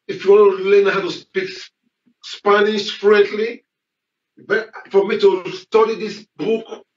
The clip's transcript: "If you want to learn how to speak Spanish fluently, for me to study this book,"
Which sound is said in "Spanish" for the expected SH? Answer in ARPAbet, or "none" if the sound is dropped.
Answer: S